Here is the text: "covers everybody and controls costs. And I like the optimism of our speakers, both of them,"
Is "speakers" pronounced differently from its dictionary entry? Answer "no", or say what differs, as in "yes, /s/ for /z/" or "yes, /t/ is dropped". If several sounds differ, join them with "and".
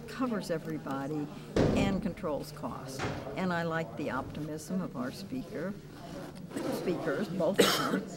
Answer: no